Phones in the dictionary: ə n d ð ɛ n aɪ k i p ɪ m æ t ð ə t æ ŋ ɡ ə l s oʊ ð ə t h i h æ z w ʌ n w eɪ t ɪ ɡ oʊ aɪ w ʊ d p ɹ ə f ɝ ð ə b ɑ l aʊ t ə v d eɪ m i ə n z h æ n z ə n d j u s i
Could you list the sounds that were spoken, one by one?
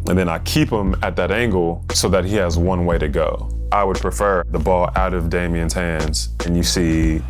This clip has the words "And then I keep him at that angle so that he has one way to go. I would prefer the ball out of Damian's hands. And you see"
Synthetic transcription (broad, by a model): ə n ð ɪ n aɪ k i p ɪ m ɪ t ð ə t æ ŋ ɡ l s oʊ ð ə t h i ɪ z w ʌ n w eɪ t ɪ ɡ oʊ aɪ w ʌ d p ɹ ə f ɝ ð ə b ɑ l aʊ t ə v d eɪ m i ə n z h æ n z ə n j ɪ s i